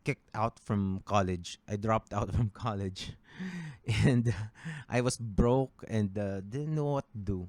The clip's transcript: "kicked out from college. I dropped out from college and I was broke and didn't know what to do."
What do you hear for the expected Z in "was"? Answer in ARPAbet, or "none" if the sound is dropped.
S